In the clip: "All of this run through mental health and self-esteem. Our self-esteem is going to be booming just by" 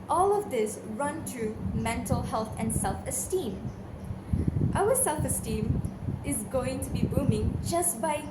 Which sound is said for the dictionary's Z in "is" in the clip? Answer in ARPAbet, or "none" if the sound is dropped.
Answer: Z